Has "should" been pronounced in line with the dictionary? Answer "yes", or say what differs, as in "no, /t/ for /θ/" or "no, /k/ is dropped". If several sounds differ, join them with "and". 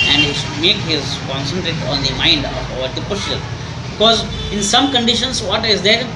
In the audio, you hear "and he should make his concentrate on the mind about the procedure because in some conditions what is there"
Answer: no, /s/ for /ʃ/